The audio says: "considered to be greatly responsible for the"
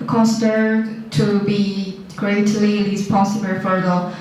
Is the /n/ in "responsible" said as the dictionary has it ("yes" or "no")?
no